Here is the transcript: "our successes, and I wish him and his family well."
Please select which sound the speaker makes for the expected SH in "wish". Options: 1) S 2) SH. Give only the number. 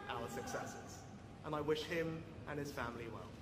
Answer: 2